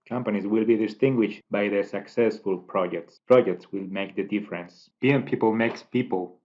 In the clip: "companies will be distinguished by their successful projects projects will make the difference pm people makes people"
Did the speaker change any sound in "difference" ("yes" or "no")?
no